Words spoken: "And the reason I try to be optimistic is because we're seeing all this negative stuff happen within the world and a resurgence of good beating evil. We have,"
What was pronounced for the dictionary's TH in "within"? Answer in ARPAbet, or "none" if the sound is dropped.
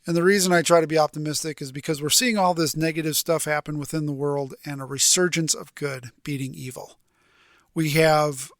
TH